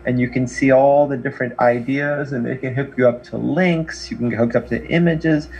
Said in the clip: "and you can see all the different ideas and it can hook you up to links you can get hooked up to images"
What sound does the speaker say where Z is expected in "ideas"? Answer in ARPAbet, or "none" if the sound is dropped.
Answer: Z